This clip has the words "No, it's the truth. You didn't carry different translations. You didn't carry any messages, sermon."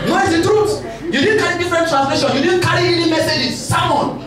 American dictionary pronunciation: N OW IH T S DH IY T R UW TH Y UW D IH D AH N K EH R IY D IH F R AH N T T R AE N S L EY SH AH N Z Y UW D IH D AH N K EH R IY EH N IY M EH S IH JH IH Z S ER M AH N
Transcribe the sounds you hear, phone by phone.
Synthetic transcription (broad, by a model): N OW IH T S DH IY T R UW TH Y UW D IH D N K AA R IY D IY F R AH N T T R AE N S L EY SH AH N Y UW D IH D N K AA R IY EH N IY M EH S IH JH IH S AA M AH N